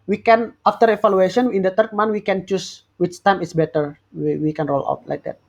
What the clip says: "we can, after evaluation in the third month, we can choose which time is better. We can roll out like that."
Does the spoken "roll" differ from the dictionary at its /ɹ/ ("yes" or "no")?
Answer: no